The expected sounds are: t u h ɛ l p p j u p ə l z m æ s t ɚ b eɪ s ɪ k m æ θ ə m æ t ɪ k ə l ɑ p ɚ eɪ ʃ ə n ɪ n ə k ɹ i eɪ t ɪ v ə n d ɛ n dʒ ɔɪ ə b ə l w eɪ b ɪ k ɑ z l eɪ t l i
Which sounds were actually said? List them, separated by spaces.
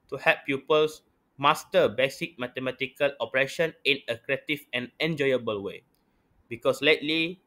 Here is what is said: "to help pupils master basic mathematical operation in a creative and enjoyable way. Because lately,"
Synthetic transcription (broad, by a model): t u h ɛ p p j u p ə l s m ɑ s t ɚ b eɪ s ɪ k m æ t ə m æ t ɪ k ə l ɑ p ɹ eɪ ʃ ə n ɪ n ə k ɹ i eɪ t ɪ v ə n ɛ n dʒ ɔɪ ə b ə l w eɪ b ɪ k ɑ s l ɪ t l i